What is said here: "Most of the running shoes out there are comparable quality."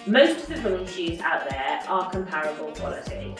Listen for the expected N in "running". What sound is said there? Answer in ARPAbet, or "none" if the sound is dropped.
none